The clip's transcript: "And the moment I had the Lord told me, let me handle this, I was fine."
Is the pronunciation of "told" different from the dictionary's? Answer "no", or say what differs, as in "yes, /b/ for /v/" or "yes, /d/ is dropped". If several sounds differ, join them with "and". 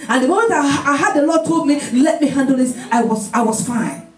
no